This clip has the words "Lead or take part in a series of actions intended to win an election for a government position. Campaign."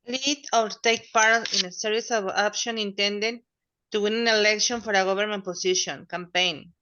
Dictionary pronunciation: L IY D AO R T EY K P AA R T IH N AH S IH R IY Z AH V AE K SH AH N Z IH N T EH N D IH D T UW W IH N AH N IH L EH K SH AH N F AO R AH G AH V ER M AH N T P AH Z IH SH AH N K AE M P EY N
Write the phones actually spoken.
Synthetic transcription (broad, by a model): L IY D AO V T EY K P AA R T IH N AH S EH R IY S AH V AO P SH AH N IH N T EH N D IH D T UW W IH N AH N IH L EH K SH AH N F AO R AH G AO B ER M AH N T P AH S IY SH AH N K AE M P EY N